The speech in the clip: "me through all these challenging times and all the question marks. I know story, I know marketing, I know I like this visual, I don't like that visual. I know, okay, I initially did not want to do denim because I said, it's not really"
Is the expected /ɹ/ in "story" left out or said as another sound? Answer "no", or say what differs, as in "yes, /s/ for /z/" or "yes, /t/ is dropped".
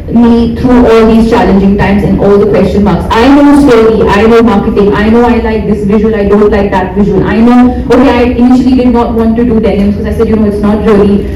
yes, /l/ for /ɹ/